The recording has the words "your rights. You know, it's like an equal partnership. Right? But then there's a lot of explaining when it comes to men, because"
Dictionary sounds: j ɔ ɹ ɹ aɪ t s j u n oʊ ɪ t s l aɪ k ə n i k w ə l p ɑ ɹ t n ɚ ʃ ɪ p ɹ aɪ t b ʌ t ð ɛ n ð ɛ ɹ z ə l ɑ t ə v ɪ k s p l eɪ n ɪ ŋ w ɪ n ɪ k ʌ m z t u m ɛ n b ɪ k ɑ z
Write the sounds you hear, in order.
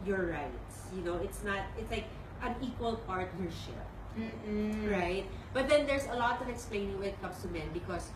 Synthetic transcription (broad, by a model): j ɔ ɹ ɹ aɪ t s j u n oʊ ɪ t s l aɪ k ə n i k w ə l p ɑ ɹ t n ɚ ʃ ɪ p ɹ aɪ t b ʌ t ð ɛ n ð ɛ ɹ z ə l ɑ t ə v ɪ k s p l eɪ n ɪ ŋ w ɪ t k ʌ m s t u m ɛ n b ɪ k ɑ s